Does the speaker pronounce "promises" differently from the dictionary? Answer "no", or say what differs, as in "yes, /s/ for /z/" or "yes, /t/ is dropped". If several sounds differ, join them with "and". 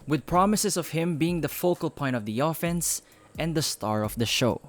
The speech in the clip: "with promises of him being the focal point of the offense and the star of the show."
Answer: yes, /s/ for /z/